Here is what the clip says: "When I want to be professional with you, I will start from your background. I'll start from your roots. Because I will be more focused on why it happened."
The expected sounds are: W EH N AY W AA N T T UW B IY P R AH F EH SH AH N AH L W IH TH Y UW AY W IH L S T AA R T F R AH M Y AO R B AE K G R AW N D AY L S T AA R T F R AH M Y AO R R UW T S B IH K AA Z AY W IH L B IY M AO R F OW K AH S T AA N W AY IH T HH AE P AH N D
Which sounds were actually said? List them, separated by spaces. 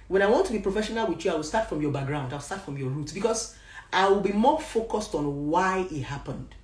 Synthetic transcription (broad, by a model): W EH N AY W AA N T T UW B IY P R AH F EH SH AH N AH L W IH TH Y UW AY W IH L S T AA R T F R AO M Y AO B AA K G R AW N D AY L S T AA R T F R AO M Y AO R R UW T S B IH K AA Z AY W IH L B IY M AO F OW K AH S T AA N W AY IH T HH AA P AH N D